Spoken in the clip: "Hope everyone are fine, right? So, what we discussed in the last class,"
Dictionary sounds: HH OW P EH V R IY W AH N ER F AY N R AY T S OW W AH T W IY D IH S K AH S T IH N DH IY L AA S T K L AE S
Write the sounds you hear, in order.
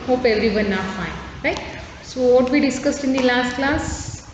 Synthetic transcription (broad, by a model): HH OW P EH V R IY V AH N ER F AY N R AY T S OW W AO T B IY D IH S K AH S T IH N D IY L AA S T K L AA S